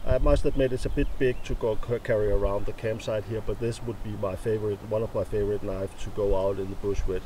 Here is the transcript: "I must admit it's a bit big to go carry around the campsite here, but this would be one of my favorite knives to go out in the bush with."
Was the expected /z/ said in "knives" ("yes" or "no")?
no